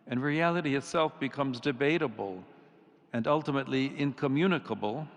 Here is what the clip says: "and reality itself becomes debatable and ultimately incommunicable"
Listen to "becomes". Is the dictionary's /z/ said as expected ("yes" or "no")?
yes